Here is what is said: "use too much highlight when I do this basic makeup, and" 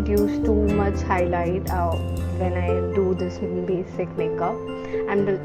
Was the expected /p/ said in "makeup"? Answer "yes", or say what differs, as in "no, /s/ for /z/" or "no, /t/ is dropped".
no, /p/ is dropped